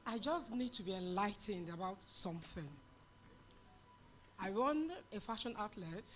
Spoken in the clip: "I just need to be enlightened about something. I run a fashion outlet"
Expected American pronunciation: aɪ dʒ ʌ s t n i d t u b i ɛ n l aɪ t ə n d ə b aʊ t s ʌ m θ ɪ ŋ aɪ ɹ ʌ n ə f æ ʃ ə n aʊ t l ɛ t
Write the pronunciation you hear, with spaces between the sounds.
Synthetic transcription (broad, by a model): aɪ dʒ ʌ s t n i d t u b i ɛ n l aɪ t ə n d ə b aʊ t s ʌ m θ ɪ ŋ aɪ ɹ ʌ n ə f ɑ ʃ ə n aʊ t l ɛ t